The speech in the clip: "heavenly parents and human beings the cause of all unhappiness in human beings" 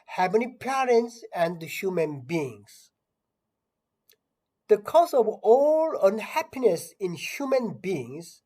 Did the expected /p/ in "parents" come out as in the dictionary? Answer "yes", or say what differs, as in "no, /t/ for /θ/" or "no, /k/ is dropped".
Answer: yes